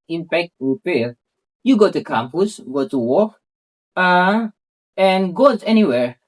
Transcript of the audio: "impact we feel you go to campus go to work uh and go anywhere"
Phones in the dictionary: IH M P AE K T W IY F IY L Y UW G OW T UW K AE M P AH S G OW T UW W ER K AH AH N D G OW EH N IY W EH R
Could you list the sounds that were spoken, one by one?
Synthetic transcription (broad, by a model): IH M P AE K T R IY P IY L Y UW G OW T UW K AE M P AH S G OW T UW W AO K AH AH N G OW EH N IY W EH R